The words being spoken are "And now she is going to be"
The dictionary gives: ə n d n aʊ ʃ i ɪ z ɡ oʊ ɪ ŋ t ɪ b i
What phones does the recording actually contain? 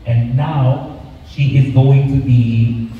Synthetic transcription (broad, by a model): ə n n aʊ ʃ i ɪ z ɡ oʊ ɪ ŋ t ɪ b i